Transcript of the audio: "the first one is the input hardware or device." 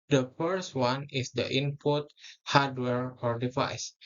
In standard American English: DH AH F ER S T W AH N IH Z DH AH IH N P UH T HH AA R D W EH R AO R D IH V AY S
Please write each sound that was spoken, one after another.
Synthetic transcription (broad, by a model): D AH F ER S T W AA N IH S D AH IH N P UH T HH AA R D W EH R AO R D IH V AY S